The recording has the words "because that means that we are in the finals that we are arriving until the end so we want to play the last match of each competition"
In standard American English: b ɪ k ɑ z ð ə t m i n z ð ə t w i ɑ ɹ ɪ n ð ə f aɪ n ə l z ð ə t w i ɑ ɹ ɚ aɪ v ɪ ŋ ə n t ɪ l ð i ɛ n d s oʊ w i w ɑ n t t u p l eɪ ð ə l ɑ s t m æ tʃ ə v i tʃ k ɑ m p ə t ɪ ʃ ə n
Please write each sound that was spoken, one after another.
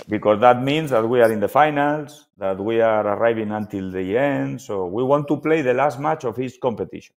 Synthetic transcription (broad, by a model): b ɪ k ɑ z ð ə t m i n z ð ə t w i ɑ ɹ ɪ n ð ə f aɪ n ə l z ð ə t w i ɑ ɹ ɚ aɪ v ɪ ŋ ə n t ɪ l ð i ɛ n d s oʊ w i w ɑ n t t u p l eɪ ð ə l ɑ s t m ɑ tʃ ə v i s k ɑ m p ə t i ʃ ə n